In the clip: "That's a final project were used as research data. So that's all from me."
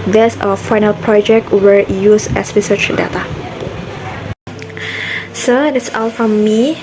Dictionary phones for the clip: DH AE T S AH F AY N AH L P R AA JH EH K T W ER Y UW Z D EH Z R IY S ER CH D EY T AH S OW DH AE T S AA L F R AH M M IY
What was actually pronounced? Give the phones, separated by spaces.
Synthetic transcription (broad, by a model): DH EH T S AH F AY N AH L P R AA JH EH K T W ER Y UW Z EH S R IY S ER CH D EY T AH S OW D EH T S AA L F R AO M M IY